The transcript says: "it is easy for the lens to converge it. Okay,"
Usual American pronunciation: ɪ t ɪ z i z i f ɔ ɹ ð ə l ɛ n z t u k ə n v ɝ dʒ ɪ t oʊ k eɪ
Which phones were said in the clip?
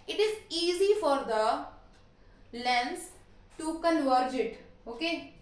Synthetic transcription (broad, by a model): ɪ t ɪ z i z i f ɔ ɹ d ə l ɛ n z t u k ə n v ɝ dʒ ɪ t oʊ k eɪ